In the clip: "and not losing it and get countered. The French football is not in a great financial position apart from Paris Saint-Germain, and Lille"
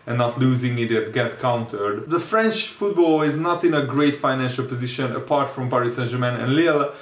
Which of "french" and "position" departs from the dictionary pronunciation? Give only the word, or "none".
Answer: none